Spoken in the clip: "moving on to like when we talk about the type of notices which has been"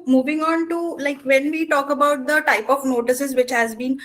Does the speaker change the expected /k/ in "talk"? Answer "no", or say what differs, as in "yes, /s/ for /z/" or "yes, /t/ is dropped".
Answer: no